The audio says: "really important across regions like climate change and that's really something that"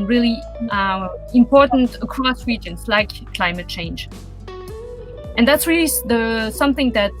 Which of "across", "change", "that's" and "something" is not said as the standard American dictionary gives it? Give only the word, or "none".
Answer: none